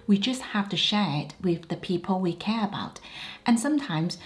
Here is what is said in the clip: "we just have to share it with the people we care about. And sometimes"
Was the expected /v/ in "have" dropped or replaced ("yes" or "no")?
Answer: yes